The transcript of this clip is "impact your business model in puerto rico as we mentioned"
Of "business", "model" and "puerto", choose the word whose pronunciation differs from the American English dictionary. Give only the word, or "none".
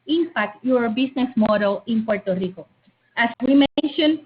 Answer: business